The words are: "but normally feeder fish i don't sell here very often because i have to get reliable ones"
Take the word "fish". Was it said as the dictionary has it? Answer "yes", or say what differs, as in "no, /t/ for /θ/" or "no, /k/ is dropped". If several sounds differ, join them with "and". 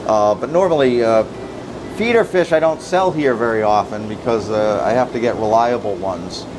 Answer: yes